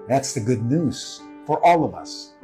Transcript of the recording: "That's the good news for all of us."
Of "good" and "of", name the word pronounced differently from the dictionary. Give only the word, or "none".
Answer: none